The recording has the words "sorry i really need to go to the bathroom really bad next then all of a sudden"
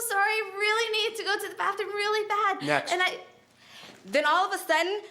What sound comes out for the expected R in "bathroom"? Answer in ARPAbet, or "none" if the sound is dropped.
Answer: none